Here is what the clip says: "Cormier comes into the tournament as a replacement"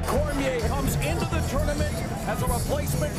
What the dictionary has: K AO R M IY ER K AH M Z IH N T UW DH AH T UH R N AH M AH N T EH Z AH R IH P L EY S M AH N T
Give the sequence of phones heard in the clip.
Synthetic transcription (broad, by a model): K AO R M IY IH K AH M Z IH N T UW DH AH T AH R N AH M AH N IH Z AH R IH P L EY S M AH N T